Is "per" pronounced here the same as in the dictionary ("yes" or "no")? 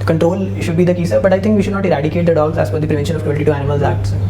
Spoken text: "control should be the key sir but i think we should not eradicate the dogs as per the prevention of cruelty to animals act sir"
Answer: no